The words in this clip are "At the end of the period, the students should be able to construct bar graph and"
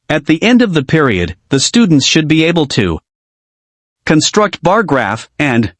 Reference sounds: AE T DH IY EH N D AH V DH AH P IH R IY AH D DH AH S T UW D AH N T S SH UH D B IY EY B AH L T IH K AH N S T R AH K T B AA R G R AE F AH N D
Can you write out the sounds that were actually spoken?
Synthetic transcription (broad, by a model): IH T DH IY EH N D AH V DH AH P IH R IY AH D DH AH S T UW D N T S SH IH D B IY EY B L T IH K AH N S T R AH K T B AA R G R AE F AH N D